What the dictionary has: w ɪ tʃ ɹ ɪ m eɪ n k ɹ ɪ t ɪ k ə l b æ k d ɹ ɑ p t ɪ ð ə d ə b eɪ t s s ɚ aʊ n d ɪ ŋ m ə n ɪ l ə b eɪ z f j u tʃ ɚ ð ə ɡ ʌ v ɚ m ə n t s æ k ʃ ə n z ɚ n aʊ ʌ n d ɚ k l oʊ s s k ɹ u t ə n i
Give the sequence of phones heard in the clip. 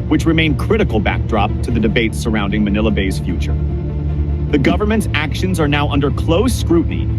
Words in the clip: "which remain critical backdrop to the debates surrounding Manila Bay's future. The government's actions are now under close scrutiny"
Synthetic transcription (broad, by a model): w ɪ tʃ ɹ ɪ m eɪ n k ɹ ɪ t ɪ k l b æ k d ɹ ɑ p t ɪ ð ə d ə b eɪ t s s ɚ aʊ n d ɪ ŋ m ə n ɪ l ə b eɪ z f j u tʃ ɚ ð ə ɡ ʌ v ɚ m ə n t s æ k ʃ ə n z ɚ n aʊ ʌ n d ɚ k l oʊ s s k ɹ u t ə n i